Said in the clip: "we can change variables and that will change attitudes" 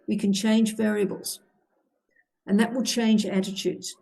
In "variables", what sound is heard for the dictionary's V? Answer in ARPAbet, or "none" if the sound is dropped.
V